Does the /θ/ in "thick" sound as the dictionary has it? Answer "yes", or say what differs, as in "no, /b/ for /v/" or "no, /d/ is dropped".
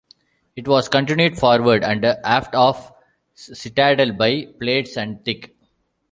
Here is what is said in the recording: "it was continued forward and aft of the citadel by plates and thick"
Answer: no, /t/ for /θ/